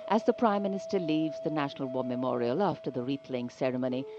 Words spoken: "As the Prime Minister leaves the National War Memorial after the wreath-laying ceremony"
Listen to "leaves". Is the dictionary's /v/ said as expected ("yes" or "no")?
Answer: yes